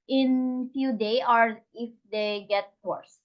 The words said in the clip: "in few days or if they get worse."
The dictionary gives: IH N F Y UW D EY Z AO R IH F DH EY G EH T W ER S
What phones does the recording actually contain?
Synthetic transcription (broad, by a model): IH N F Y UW D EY AO R IH F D EY G EH T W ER S